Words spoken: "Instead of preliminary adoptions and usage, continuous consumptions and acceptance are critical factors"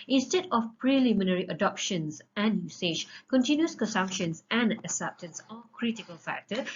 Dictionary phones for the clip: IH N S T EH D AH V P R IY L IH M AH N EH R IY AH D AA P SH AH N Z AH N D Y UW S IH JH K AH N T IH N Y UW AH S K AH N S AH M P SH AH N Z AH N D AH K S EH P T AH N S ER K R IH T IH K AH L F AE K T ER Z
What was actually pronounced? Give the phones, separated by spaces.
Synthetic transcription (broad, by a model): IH N S T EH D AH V P R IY L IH M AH N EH R IY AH D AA P SH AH N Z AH N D Y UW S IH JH K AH N T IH N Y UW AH S K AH N S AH M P SH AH N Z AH N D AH S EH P T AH N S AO K R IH T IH K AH L F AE K T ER